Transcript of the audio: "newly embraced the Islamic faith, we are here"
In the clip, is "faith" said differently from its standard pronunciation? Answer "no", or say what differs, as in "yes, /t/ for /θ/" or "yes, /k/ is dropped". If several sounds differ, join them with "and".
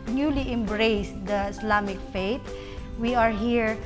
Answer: yes, /t/ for /θ/